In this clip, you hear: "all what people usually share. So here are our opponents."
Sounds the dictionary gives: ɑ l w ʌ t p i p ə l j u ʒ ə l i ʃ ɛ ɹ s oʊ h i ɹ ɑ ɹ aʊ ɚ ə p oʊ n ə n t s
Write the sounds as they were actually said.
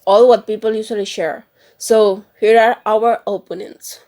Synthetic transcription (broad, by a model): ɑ l w ʌ t p i p ə l j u s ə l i ʃ ɛ ɹ s oʊ h i ɹ ɑ ɹ aʊ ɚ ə p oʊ n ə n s